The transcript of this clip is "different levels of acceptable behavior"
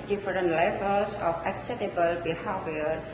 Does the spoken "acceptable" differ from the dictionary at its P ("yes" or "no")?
yes